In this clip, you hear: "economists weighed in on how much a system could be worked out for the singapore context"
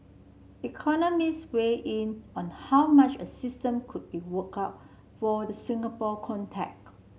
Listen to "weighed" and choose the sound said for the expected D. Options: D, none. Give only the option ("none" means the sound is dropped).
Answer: none